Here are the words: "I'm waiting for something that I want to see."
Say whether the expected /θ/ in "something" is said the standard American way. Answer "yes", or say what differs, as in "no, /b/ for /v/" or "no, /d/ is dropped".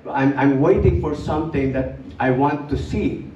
no, /t/ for /θ/